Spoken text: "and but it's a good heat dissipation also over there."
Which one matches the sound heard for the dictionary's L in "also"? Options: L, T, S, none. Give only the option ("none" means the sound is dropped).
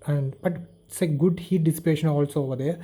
L